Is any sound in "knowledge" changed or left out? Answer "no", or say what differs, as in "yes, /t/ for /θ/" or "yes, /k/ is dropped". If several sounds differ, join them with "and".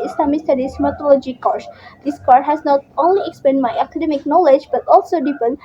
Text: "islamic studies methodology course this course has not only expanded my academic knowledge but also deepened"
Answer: no